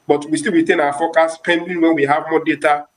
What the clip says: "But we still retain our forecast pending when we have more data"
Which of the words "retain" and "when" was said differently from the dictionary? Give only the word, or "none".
none